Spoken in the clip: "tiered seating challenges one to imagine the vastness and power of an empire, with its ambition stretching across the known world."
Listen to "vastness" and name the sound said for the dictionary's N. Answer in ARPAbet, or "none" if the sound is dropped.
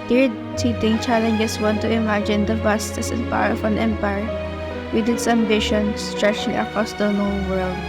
none